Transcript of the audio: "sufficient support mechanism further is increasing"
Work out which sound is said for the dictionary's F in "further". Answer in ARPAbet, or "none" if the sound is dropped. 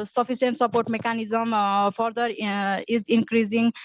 P